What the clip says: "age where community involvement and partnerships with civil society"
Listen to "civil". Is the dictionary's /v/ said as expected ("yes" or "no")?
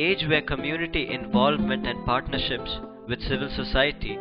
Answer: yes